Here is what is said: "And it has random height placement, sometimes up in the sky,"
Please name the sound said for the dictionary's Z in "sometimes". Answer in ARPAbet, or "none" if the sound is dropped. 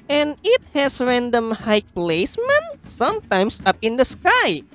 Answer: S